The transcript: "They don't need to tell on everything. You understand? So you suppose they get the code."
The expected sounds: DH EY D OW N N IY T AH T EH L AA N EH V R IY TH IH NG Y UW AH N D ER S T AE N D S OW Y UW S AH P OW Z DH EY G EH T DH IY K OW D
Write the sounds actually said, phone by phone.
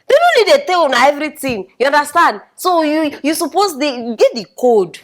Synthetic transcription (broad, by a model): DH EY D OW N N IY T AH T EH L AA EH V R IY T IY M Y UW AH N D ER S T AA N D S OW Y UW S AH P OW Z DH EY G EH T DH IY K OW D